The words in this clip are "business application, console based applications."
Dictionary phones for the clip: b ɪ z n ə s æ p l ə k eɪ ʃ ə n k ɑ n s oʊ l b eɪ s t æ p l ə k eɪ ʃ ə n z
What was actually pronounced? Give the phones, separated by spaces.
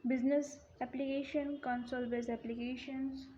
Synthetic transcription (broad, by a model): b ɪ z n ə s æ p l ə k eɪ ʃ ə n k ɑ n s oʊ l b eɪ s æ p l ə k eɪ ʃ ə n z